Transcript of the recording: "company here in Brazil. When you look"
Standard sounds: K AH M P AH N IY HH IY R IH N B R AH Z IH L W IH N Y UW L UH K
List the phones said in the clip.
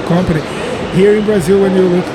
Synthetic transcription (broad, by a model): K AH M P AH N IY HH IY R IH N B R AH Z IH L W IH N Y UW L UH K